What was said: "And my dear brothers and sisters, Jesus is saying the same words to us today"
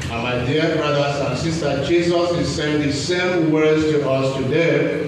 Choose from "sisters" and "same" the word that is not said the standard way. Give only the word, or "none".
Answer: sisters